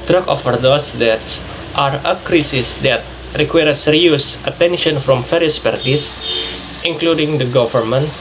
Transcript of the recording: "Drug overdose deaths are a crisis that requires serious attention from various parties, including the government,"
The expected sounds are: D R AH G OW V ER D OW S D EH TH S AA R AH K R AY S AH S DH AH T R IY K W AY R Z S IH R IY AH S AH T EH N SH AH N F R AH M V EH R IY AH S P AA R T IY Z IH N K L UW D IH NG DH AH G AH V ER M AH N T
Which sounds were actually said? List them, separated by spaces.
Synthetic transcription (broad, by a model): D R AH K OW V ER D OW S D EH T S AA R AH K R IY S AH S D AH T R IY K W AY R S R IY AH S AH T EH N SH AH N F R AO M F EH R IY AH S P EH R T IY S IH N K L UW D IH NG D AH G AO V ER M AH N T